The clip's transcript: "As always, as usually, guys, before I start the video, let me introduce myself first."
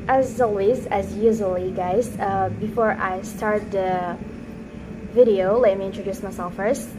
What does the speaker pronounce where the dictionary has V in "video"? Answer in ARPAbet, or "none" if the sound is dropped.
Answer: V